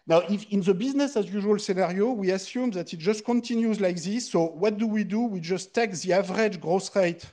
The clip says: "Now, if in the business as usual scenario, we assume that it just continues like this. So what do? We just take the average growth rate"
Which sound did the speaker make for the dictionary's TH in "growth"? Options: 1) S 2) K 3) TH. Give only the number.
1